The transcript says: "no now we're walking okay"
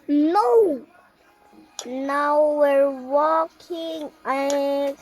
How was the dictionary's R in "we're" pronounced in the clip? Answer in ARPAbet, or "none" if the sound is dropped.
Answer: R